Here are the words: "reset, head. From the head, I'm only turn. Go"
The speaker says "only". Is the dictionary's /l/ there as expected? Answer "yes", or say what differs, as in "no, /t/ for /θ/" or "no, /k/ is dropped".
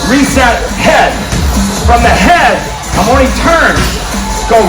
no, /l/ is dropped